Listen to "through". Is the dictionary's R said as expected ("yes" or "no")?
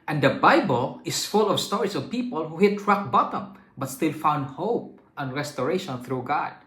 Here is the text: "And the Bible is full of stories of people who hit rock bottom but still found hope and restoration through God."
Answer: yes